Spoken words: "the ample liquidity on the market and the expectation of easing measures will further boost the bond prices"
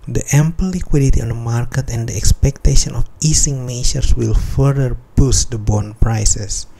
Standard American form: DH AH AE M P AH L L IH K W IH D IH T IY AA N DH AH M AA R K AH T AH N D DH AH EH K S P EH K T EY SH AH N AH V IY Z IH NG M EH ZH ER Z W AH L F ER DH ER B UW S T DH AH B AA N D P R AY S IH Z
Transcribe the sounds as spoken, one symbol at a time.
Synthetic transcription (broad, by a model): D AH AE M P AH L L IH K W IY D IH T IY AA N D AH M AA R K AH T AH N D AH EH K S P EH K T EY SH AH N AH F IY S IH NG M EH SH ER S W AH L F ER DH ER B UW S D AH B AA N P R AY S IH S